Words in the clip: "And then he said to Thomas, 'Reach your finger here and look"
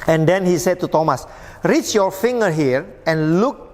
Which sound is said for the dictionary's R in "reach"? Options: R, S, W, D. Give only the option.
R